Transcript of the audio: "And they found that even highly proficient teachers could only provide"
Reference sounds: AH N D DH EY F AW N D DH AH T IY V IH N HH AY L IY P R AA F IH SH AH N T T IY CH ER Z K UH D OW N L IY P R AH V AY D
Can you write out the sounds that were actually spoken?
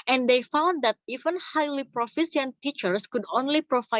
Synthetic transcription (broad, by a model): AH N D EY F AW N D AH T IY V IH N HH AY L IY P R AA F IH S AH N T T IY CH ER S K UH D OW N L IY P R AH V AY